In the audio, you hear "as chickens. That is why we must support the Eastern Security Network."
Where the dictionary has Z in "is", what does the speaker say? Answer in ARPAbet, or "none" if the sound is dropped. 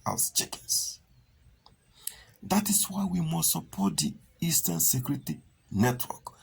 S